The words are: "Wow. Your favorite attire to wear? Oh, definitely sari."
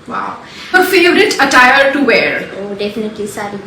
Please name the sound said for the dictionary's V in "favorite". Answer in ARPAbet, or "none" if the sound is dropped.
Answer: none